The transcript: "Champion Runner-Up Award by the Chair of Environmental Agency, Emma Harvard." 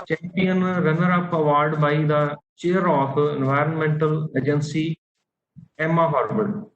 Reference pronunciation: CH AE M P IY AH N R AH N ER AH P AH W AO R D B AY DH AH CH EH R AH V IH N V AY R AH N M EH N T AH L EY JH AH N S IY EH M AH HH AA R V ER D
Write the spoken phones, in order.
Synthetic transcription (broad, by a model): CH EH M P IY AH N R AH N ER AH P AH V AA R D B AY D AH CH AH R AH F IH N V AY R AH N M EH N T AH L EY JH AH N S IY EH M AH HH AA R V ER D